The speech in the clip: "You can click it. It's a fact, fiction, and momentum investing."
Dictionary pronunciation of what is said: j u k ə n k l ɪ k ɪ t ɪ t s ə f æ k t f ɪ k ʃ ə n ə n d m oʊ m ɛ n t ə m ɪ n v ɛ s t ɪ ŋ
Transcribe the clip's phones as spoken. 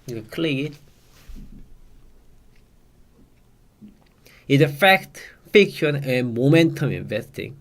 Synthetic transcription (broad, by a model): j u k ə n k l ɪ ɪ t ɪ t ə f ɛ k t f ɪ k ʃ ə n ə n m oʊ m ɛ n t ə m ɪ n v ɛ s t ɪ ŋ